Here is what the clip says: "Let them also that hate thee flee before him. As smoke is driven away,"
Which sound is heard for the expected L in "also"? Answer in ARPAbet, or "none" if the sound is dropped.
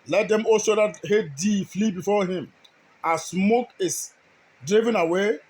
none